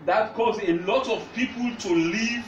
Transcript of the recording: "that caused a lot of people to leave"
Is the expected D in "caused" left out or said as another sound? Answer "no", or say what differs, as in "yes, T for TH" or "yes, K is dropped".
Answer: yes, D is dropped